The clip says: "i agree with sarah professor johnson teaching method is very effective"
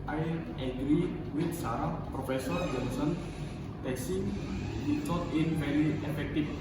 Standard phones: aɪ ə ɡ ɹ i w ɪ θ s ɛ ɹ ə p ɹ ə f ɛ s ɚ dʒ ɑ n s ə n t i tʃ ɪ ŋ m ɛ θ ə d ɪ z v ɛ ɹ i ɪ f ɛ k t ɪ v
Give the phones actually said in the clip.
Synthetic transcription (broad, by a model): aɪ ə ɡ ɹ i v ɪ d s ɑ ɹ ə p ɹ ə f ɛ s ɚ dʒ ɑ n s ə n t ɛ s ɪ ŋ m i s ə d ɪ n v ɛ ɹ i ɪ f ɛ k t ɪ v